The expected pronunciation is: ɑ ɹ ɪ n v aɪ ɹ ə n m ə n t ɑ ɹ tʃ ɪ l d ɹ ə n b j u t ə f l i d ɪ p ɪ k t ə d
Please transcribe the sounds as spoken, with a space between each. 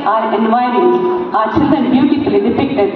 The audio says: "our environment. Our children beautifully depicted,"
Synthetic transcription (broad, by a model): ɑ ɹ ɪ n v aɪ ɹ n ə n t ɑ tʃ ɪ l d ə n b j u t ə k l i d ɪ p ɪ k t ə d